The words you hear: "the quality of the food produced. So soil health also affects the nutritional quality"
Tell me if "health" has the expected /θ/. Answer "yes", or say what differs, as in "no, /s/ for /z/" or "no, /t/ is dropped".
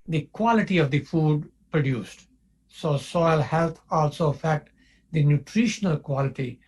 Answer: no, /t/ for /θ/